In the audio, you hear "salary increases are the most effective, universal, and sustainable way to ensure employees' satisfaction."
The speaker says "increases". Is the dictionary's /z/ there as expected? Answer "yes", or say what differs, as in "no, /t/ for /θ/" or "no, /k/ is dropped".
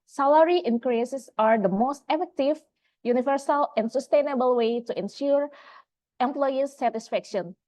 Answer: no, /s/ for /z/